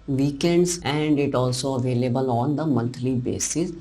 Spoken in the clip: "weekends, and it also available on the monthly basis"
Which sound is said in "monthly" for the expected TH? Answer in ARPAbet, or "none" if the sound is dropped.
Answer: T